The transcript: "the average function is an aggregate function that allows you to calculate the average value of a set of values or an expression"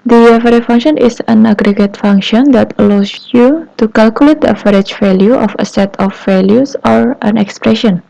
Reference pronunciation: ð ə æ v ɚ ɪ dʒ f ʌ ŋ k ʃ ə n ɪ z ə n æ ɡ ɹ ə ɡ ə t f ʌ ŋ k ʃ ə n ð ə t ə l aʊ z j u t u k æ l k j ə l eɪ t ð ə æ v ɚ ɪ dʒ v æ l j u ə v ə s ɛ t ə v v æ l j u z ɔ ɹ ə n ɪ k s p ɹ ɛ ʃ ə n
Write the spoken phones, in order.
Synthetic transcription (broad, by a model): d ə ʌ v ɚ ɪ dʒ f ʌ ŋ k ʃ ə n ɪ s ə n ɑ ɡ ɹ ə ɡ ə t f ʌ ŋ k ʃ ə n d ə t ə l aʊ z j u t u k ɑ l k j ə l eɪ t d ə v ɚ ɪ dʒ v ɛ l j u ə f ə s ɛ t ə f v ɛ l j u s ɔ ɹ ə n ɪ k s p ɹ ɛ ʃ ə n